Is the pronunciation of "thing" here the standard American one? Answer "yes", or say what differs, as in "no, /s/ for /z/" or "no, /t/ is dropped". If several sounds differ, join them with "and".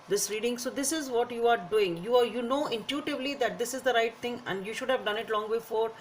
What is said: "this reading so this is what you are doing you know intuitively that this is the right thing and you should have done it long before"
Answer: no, /t/ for /θ/